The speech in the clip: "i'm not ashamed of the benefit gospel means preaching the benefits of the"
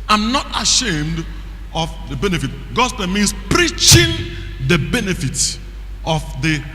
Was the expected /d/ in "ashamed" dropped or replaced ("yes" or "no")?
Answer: no